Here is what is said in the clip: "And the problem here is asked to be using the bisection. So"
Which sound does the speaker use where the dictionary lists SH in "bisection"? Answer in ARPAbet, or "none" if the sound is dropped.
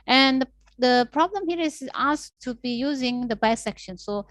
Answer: SH